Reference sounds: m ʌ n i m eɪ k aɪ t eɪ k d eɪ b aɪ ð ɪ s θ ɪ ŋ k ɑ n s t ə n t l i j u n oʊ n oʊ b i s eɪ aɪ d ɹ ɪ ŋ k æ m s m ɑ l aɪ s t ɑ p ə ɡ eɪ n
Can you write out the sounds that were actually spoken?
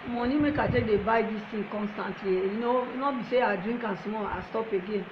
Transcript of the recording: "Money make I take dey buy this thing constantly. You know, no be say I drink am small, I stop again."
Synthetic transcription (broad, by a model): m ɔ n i m eɪ k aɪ t eɪ k d eɪ b aɪ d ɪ s t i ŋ k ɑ n s t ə n t l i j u n oʊ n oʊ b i s eɪ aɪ d ɹ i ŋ k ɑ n s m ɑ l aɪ s t ɑ p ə ɡ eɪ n